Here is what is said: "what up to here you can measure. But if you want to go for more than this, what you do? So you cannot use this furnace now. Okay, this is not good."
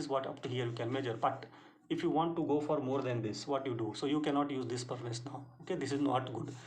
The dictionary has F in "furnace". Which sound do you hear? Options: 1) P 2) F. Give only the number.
1